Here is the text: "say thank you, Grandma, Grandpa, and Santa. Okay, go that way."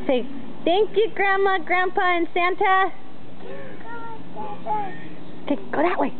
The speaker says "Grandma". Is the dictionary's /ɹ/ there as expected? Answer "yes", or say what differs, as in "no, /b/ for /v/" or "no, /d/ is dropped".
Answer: yes